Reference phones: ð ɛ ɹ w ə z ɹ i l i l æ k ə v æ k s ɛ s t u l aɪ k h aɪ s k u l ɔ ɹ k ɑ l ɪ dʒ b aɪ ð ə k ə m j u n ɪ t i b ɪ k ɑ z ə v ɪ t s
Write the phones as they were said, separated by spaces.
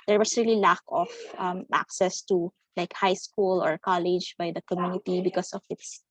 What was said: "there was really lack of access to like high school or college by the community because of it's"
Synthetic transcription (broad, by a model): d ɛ ɹ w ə s ɹ i l i l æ k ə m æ k s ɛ s t u l aɪ k h aɪ s k u l ɔ ɹ k ɑ l ɪ dʒ b aɪ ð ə k ə m j u n ɪ t i b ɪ k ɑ s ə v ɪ t s